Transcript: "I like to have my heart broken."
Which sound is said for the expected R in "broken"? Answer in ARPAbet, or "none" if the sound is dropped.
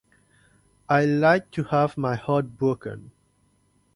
none